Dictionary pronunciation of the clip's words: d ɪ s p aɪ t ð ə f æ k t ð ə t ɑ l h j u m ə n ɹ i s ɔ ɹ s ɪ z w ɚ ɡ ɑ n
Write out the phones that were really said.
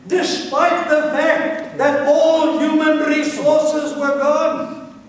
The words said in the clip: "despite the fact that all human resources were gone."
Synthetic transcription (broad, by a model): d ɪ s p aɪ t ð ə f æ k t ð ə t ɑ l h j u m ə n ɹ i s ɔ ɹ s ɪ z w ɚ ɡ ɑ n